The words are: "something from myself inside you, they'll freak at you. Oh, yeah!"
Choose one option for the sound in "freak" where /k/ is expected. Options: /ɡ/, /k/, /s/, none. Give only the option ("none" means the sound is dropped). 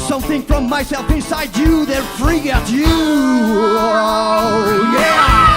none